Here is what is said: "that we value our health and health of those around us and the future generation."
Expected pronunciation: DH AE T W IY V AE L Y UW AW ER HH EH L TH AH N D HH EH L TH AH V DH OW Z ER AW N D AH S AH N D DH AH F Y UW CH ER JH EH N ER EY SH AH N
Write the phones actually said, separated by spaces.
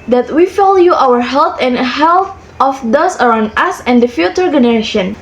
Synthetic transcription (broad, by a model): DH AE T W IY F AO L Y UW AW ER HH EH L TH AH N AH HH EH L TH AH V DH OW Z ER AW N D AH S AH N D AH F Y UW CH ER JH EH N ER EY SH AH N